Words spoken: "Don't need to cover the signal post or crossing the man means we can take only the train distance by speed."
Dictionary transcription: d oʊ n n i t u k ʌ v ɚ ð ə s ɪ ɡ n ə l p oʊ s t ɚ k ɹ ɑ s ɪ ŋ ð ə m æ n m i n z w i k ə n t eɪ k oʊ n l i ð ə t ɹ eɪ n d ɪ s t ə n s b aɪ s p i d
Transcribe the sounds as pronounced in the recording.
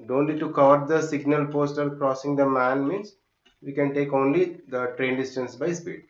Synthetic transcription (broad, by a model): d oʊ n l i t u k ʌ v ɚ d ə s ɪ ɡ n ə l p oʊ s t ɚ k ɹ ɑ s ɪ ŋ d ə m æ n m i n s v i k ə n t eɪ k oʊ n l i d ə t ɹ eɪ n d ɪ s t ə n s b aɪ s p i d